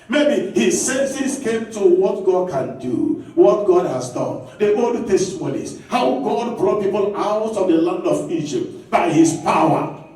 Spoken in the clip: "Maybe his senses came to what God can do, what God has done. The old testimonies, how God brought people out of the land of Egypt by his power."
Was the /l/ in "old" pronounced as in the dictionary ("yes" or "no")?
no